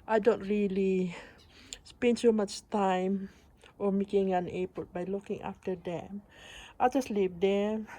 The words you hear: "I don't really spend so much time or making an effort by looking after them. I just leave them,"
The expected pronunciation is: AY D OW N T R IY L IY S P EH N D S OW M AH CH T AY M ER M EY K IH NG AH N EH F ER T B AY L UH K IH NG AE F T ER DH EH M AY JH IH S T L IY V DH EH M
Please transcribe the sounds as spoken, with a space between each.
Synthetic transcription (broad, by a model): AY D OW N T R IY L IY S P EH N D S OW M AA CH T AY M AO M EY K IH NG AH N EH P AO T B AY L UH K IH NG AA F T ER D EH M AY JH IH S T L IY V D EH